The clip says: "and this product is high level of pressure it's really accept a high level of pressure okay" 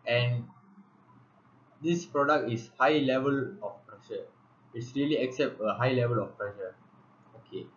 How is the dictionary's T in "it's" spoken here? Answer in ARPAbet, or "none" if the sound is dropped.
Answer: T